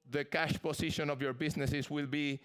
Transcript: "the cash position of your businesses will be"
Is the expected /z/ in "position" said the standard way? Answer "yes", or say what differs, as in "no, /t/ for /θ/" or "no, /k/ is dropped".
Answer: no, /s/ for /z/